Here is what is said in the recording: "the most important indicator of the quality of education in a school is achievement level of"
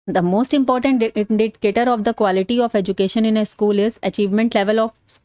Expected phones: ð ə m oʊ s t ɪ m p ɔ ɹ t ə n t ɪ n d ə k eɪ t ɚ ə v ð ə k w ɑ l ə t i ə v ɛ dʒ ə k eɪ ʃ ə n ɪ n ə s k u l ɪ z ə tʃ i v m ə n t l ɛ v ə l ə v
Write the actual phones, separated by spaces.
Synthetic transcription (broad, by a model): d ə m oʊ s t ɪ m p ɔ ɹ t ə n t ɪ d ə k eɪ t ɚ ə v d ə k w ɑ l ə t i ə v ɛ dʒ ə k eɪ ʃ ə n ɪ n ə s k u l ɪ z ə tʃ i v m ə n t l ɛ v ə l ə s